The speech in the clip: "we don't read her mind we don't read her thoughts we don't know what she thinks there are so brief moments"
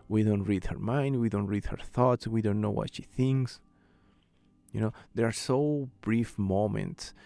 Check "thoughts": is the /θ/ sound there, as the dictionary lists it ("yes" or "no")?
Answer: yes